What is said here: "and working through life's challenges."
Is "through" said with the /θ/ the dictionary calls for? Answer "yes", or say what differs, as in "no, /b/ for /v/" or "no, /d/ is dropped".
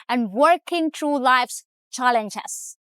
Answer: no, /t/ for /θ/